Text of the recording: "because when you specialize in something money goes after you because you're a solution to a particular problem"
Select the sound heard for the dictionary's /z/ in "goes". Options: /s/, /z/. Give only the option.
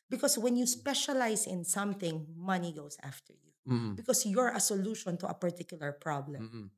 /s/